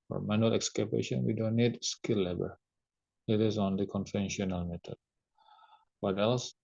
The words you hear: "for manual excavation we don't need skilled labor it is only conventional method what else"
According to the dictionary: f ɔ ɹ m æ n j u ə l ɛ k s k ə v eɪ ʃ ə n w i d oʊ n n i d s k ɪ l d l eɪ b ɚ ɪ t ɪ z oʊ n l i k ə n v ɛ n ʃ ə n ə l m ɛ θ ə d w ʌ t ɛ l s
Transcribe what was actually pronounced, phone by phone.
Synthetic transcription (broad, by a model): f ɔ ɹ m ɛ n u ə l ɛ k s k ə b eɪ ʃ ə n w i d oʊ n n i d s k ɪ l l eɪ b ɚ ɪ t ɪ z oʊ n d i k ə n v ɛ n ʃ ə n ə l m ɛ t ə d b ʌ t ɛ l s